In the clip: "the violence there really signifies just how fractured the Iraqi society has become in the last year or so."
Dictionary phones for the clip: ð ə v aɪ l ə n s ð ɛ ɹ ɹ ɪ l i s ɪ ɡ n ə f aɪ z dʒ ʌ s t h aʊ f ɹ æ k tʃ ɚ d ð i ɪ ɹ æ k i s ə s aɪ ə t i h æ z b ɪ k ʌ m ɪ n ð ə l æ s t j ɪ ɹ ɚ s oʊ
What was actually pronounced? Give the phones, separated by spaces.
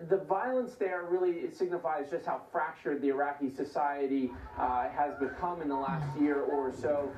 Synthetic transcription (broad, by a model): ð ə v aɪ l ə n s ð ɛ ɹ ɹ ɪ l i s ɪ ɡ n ə f aɪ z dʒ ʌ s t h aʊ f ɹ æ k tʃ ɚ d ð i ɪ ɹ æ k i s ə s aɪ ə t i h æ z b ɪ k ʌ m ɪ n ð ə l æ s t j ɪ ɹ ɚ s oʊ